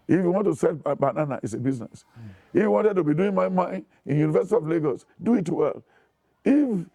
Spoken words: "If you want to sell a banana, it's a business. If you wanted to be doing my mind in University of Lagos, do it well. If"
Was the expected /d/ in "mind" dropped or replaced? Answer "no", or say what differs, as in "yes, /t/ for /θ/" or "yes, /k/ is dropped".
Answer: yes, /d/ is dropped